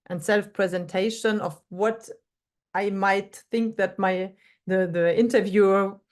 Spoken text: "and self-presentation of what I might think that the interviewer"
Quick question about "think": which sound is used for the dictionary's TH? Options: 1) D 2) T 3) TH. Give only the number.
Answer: 3